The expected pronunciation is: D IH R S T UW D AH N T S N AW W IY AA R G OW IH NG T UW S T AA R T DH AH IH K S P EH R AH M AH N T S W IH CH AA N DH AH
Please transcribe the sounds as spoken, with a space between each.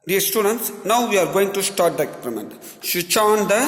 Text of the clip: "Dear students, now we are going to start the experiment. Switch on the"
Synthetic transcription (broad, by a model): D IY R S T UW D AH N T S N AW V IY AA R G OW IH NG T UW S T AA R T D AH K P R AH M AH N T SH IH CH AA N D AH